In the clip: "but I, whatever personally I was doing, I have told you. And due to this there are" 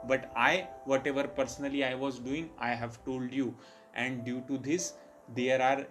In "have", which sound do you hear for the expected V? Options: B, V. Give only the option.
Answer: V